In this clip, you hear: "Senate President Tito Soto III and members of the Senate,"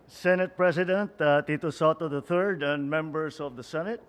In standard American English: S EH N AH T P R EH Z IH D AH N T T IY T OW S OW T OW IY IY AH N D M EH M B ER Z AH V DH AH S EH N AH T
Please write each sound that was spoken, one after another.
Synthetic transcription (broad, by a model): S EH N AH T P R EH S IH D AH N T T IY T OW S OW T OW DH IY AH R D M EH M B ER S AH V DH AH S EH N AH T